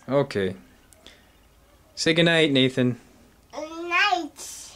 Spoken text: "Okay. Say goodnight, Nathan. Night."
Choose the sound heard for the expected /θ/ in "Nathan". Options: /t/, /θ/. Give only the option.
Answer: /θ/